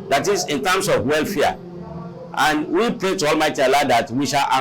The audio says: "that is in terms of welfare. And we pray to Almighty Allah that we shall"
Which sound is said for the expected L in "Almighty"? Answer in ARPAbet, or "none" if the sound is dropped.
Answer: L